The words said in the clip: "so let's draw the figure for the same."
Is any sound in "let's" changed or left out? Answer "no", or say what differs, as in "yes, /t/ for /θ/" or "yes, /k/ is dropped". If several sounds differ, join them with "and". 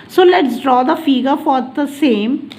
no